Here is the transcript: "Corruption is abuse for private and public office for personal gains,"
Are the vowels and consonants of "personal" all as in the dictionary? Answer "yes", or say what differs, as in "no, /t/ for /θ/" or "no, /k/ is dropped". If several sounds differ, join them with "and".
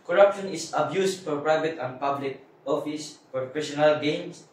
no, /f/ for /p/ and /ʃ/ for /s/